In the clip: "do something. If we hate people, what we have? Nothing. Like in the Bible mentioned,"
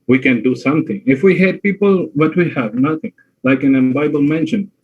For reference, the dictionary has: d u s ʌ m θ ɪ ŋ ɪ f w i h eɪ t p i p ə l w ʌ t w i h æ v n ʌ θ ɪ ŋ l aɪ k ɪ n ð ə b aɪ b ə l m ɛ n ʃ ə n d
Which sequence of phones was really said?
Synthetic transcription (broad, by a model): d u s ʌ m t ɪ ŋ ɪ f w i h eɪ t p i p ə l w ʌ t w i h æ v n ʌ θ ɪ ŋ l aɪ k ɪ n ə b aɪ b ə l m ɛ n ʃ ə n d